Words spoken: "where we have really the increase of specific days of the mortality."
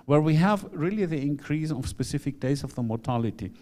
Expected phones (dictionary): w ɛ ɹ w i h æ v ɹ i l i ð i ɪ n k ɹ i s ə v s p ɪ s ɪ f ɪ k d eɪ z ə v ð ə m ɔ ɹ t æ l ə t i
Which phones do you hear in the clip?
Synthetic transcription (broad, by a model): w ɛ ɹ w i h æ v ɹ i l i ð i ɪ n k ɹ i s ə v s p ɪ s ɪ f ɪ k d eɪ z ə v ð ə m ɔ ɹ t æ l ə t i